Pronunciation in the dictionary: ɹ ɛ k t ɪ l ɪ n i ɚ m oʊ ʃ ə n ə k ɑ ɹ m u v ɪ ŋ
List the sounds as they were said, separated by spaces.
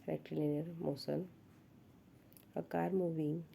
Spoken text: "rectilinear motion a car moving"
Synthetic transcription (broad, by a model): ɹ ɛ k t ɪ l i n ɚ m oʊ s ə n ə k ɑ ɹ m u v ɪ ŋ